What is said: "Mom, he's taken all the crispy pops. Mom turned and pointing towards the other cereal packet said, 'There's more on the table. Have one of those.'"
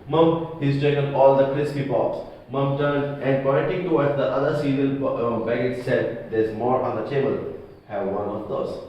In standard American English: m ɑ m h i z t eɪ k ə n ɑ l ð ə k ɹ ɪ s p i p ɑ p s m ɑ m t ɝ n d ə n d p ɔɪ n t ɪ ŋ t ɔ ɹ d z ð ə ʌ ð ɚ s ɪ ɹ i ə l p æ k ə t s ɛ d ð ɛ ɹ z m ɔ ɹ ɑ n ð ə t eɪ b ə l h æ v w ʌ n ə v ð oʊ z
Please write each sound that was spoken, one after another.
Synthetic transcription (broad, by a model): m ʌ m h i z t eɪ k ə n ɑ l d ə k ɹ ɪ s p i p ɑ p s m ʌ m t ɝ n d ə n d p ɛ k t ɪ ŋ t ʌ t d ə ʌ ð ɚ s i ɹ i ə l b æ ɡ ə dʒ s ɛ d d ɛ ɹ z m ɔ ɹ ɑ n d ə t eɪ b ə l h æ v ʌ n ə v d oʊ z